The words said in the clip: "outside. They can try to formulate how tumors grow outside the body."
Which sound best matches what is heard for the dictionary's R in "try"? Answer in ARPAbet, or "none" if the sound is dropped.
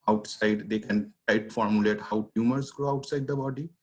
none